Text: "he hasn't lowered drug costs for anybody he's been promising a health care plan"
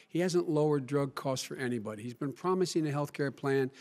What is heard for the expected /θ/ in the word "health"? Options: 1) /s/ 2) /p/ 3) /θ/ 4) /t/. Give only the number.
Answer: 3